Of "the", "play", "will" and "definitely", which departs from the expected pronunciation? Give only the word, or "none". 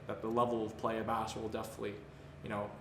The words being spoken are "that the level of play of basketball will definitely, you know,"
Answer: none